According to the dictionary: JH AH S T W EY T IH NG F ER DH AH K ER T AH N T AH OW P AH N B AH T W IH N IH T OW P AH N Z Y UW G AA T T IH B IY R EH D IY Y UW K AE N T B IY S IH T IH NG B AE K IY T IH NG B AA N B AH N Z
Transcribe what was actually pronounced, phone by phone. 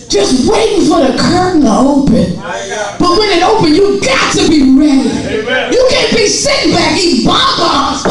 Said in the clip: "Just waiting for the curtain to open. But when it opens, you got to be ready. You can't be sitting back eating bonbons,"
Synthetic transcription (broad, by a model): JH AH S T W EY T IH NG F ER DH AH K ER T N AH OW P AH N B AH T W IH N IH T OW P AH N Y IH G AA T T IH B IY R EH D IY Y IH K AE N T B IY S IH T IH NG B AE K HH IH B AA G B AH